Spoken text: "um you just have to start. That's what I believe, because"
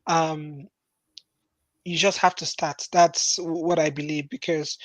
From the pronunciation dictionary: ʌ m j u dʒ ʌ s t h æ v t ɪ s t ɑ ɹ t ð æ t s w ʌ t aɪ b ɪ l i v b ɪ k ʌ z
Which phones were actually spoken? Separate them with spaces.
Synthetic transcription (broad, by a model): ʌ m j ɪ dʒ ʌ s t h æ f t ɪ s t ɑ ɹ t ð æ t s w ʌ t aɪ b ɪ l i v b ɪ k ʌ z